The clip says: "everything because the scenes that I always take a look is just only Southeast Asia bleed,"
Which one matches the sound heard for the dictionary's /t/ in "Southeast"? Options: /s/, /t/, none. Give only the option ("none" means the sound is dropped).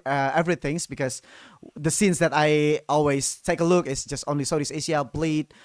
none